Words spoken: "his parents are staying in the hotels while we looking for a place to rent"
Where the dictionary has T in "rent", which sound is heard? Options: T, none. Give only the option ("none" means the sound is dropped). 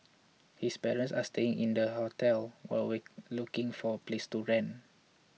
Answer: none